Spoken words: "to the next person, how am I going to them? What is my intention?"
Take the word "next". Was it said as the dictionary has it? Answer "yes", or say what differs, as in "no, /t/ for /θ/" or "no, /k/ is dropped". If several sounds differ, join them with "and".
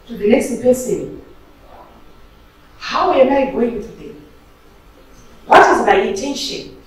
no, /k/ is dropped